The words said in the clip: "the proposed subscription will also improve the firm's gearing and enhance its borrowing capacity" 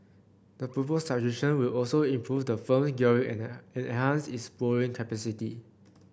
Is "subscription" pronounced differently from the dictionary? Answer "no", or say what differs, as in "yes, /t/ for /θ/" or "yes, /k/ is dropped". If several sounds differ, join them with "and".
yes, /p/ is dropped